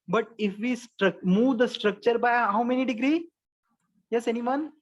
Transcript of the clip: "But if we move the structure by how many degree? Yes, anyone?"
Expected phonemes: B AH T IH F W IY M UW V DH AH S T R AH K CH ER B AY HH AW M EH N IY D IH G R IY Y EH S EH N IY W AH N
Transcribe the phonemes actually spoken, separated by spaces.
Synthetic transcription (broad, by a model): B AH T IH F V IY M UW V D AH S T R AH K CH ER B AY HH AW M EH N IY D IH G R IY Y EH S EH N IY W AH N